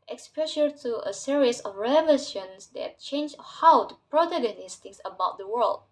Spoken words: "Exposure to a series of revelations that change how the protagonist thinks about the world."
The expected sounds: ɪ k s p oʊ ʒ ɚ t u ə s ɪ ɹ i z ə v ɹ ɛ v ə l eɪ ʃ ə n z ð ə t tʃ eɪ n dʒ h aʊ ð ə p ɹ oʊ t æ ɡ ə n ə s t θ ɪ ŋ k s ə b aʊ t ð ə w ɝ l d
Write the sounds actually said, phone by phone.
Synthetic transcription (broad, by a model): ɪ k s p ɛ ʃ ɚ t u ə s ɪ ɹ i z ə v ɹ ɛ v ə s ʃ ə n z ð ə t tʃ eɪ n dʒ h aʊ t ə p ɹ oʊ t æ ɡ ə n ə s t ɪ k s ə b aʊ t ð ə w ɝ l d